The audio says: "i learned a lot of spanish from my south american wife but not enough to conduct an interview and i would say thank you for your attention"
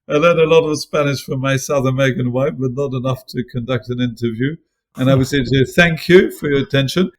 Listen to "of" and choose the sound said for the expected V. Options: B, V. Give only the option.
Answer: V